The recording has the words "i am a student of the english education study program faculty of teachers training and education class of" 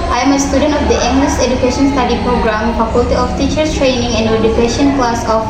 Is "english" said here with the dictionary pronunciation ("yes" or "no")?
no